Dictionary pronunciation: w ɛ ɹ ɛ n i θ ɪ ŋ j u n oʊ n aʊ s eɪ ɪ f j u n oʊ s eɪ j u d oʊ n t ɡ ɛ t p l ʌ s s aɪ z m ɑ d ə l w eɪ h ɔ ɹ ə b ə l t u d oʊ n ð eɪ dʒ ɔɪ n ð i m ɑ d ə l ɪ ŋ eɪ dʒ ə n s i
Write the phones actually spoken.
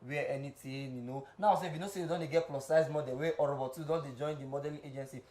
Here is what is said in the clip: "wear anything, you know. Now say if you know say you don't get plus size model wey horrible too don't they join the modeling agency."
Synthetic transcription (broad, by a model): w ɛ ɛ n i t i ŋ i n oʊ n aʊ s eɪ ɪ f j u n oʊ s eɪ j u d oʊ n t ɡ ɛ t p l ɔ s s aɪ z m ɑ d ə l w eɪ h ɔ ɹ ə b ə t u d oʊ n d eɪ dʒ ɔɪ n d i m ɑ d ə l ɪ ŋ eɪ dʒ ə n s i